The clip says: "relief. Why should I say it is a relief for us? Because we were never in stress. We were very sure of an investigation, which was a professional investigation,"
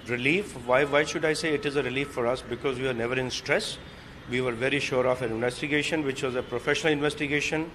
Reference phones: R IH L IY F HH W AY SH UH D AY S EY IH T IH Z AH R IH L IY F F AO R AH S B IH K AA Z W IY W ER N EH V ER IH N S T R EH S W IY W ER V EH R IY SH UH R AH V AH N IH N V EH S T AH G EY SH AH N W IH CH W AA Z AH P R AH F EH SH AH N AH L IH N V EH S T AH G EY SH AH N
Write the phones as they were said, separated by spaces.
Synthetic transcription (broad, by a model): R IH L IY F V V AY SH UH D AY S EY IH T IH Z AH R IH L IY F F AO R AH S B IH K AA Z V IY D N EH V ER IH N S T R EH S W IY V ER V EH R IY SH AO R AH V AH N IH N V EH S T AH G EY SH AH N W IH CH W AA Z AH P R AH F EH SH AH N AH L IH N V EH S T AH G EY SH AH N